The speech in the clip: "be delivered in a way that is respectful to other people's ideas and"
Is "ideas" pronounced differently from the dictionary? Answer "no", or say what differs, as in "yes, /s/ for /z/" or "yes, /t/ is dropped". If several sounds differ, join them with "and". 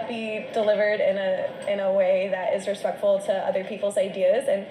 no